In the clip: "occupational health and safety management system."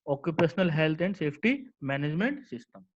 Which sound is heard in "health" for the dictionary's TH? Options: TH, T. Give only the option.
T